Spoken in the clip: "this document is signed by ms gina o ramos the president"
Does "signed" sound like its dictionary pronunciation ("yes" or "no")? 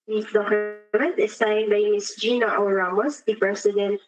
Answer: yes